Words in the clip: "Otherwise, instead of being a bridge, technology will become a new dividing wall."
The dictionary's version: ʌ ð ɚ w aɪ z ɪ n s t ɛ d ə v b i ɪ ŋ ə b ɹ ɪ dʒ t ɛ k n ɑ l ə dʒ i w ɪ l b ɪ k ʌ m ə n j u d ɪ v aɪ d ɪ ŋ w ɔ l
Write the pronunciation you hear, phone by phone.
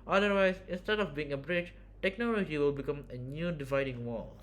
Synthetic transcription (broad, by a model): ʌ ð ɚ w aɪ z ɪ n s t ɛ d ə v b i ɪ ŋ ə b ɹ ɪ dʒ t ɛ k n ɑ l ə dʒ i w ɪ l b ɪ k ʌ m ə n j u d ɪ v aɪ d ɪ ŋ w ɔ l